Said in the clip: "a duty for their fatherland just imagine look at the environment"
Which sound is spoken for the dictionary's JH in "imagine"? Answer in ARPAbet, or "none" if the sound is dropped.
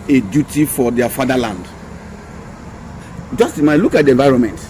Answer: none